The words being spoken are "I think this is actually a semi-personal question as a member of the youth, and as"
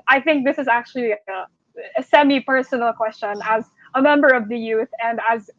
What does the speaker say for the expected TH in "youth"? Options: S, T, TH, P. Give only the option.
TH